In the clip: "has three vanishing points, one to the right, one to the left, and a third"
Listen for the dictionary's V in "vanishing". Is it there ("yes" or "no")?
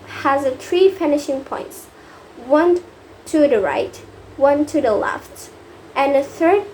no